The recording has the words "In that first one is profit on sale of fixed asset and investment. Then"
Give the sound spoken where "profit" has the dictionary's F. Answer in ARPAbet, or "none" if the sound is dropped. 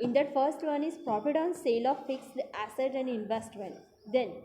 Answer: P